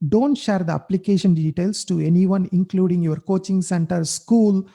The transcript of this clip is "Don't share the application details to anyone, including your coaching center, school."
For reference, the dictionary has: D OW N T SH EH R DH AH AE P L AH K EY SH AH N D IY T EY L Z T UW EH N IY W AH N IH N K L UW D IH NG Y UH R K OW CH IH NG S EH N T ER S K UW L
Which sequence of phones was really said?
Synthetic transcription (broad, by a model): D OW N T SH EH R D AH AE P L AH K EY SH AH N D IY T EY L S T UW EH N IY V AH N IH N K L UW D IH NG Y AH R K OW CH IH NG S EH N T ER S K UW L